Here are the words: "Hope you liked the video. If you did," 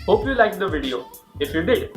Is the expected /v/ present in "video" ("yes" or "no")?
yes